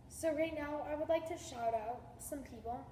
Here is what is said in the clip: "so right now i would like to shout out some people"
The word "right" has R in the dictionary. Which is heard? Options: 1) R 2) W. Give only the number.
1